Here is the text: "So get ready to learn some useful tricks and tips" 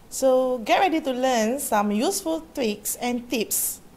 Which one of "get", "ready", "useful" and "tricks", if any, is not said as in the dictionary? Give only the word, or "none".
tricks